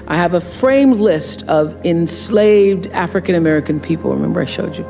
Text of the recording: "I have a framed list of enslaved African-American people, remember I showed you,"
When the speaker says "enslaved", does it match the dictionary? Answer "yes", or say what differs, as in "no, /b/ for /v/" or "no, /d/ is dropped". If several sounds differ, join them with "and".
yes